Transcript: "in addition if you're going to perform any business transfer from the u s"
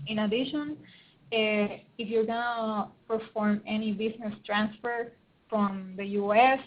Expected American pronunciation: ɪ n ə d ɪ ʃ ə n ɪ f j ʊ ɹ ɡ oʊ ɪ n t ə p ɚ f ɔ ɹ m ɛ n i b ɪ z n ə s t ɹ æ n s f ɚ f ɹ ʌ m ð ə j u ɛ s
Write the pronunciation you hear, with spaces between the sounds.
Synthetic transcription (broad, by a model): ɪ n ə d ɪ ʃ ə n ɪ f j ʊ ɹ ɡ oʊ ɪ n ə p ɚ f ɔ ɹ m ɛ n i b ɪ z n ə s t ɹ æ n s f ɚ f ɹ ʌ m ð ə j u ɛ s